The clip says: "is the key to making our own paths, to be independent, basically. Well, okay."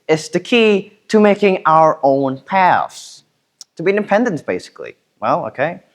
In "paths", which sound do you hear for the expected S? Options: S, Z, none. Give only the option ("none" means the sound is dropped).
S